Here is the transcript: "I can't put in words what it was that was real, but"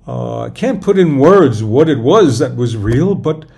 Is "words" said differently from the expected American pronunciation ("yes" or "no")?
no